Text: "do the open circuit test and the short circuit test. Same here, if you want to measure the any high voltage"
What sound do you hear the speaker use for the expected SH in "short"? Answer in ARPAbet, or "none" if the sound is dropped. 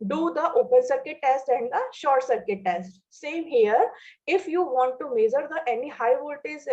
SH